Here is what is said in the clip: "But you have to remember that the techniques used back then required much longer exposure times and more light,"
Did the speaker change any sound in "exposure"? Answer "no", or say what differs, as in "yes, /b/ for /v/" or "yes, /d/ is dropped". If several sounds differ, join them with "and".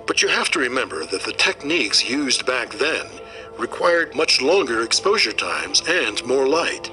no